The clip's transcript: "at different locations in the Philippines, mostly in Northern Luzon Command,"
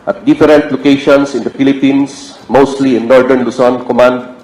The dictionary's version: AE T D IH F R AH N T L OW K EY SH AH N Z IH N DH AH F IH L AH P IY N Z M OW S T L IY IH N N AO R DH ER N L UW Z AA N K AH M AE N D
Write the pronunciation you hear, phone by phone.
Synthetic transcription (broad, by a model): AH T D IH F R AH N T L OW K EY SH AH N S IH N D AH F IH L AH P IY N S M OW S T L IY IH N N AO R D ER N L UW S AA N K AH M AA N D